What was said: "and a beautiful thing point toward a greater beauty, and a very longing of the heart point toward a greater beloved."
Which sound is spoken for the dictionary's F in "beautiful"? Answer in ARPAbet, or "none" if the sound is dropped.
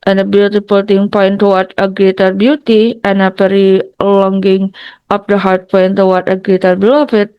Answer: P